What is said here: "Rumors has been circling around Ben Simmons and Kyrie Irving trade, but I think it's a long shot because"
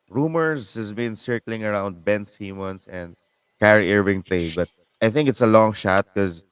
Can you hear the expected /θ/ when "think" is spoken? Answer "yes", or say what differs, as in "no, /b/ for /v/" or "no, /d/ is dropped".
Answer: yes